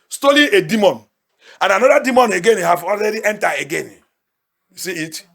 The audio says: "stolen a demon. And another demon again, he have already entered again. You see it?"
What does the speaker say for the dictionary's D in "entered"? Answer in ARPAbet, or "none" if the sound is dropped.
none